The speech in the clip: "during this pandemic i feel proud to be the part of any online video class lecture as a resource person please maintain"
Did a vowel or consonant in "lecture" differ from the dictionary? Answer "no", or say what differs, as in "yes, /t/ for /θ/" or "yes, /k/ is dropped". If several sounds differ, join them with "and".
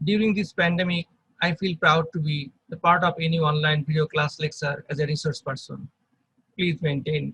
yes, /s/ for /tʃ/